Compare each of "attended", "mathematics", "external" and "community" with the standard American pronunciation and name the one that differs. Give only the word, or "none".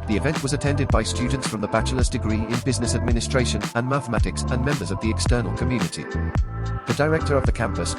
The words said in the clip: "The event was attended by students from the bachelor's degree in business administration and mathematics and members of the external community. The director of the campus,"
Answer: none